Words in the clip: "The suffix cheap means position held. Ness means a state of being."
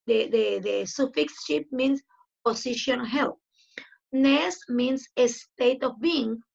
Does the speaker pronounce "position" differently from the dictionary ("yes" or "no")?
yes